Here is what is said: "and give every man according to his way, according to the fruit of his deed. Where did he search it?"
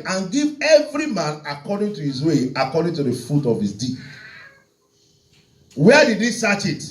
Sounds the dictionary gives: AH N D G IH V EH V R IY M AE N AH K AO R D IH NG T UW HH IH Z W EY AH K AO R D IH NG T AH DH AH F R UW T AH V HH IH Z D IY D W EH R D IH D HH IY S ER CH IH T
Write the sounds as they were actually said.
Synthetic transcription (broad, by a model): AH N G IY V EH V R IY M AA N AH K AO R D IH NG T UW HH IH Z W EY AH K AO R D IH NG T AH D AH F UW T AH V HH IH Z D IY W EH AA D IH D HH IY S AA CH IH T